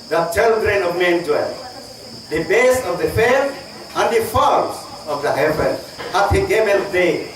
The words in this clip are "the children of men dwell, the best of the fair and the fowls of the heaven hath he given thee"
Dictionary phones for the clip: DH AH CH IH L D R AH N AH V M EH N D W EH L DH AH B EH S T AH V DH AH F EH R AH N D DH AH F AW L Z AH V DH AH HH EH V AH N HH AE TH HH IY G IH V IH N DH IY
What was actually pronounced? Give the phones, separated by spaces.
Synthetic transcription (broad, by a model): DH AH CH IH L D R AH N AH V M EH N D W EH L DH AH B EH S AH V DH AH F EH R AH N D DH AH F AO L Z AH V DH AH HH EH V AH N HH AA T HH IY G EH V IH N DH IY